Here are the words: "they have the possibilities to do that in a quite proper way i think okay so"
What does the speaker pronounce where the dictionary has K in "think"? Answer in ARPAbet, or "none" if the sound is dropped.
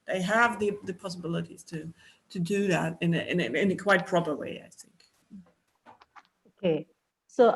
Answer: K